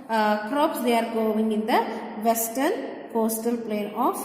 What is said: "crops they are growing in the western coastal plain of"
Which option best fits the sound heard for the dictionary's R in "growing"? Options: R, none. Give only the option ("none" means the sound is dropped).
none